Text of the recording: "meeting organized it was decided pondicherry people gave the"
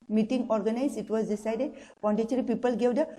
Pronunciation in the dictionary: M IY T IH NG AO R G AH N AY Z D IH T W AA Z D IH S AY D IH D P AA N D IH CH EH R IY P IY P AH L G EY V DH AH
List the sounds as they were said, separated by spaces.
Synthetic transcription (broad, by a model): M IY T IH NG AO R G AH N AY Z IH T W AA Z D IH S AY D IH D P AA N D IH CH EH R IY P IY P AH L G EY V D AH